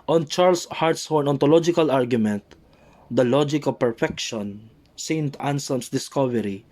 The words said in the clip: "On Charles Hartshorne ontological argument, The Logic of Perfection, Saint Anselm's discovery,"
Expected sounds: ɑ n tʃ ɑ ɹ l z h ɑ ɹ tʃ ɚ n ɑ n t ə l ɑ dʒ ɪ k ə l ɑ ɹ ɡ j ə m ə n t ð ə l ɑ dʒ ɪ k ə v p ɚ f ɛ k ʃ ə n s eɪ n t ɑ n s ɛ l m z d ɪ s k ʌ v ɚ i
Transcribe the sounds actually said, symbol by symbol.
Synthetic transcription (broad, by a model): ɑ n tʃ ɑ ɹ l s h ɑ ɹ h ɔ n ɑ n t ə l ɑ dʒ ɪ k ə l ɑ ɹ ɡ j ə m ə n t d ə l ɑ dʒ ɪ k ə v p ɚ f ɛ k ʃ ə n s eɪ n t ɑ n s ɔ m s d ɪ s k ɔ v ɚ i